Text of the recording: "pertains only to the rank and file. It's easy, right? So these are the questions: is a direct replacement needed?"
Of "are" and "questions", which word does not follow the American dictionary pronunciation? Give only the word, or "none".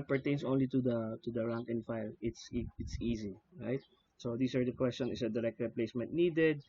questions